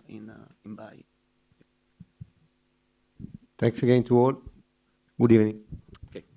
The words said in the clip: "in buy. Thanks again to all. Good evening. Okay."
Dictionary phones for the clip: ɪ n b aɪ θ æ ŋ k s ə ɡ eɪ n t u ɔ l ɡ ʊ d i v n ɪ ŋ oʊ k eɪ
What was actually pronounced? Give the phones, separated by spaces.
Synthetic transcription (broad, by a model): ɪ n b aɪ t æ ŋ k s ə ɡ eɪ n t u ɔ l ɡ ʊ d i v n ɪ ŋ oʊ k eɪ